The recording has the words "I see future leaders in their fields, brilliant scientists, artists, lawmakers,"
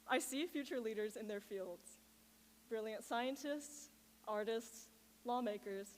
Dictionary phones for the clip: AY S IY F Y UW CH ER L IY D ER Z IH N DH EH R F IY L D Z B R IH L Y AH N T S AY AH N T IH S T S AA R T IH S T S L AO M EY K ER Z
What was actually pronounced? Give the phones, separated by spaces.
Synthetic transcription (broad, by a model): AY S IY F Y UW CH ER L IY D ER Z IH N DH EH R F IY L D Z B R IH L Y AH N T S AY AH N T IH S T S AA R T IH S T S L AO M EY K ER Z